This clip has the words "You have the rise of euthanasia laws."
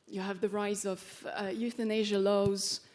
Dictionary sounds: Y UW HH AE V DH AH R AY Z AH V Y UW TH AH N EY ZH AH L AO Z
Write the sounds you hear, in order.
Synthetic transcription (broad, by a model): Y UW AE V DH AH R AY Z AH V Y UW TH AH N EY ZH AH L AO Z